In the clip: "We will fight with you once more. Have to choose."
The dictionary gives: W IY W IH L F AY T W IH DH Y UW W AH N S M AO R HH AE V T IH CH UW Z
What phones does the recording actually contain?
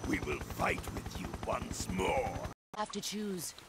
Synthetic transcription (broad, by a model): W IY W IH L F AY T W IH DH Y UW W AH N S M AO R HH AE F T IH CH UW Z